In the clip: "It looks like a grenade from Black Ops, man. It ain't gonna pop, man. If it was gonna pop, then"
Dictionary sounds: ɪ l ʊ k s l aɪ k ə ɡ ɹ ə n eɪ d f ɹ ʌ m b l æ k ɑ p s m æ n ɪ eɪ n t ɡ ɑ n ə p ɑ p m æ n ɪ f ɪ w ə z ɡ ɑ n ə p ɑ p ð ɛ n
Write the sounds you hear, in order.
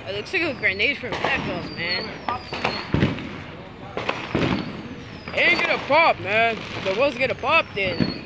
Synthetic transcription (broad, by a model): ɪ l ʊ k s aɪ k ə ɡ ɹ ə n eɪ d f ɹ ʌ m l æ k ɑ s m æ n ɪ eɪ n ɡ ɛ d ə p ɑ p m æ n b ɪ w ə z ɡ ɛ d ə p ɑ p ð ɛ n